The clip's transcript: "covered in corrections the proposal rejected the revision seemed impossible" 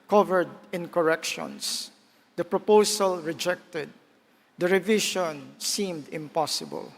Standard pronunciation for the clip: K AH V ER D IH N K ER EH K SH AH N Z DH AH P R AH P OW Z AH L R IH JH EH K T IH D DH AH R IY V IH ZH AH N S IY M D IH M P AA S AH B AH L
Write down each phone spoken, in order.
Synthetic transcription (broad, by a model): K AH V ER D IH N K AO EH K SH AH N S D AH P R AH P OW S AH L R IH JH EH K T IH D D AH R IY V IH SH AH N S IY M D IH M P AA S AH B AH L